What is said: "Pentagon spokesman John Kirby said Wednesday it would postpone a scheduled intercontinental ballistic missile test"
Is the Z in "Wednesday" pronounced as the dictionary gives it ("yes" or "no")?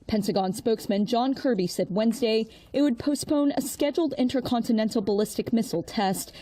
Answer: yes